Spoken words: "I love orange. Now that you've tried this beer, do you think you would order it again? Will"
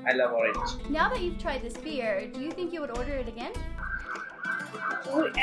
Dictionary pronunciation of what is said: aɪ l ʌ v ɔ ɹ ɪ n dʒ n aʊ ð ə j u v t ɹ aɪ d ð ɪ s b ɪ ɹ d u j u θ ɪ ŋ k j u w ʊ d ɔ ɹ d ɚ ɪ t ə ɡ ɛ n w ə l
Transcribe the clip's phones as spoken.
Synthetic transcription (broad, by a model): aɪ l ʌ v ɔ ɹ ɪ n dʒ n aʊ ð ə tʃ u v t ɹ aɪ d ð ɪ s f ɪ ɹ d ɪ j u θ ɪ ŋ k j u w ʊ d ɔ ɹ d ɚ ɪ t ə ɡ ɛ n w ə